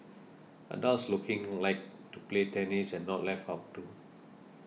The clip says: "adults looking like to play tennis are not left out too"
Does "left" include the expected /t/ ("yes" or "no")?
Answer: no